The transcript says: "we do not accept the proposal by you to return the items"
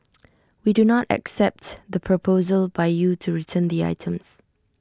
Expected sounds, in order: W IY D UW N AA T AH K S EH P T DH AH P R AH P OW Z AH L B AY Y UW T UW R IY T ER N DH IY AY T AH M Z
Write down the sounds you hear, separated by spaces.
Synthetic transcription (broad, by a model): W IY D UW N AA T AH K S EH P T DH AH P R AH P OW Z AH L B AY Y UW T UW R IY T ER N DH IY AY T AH M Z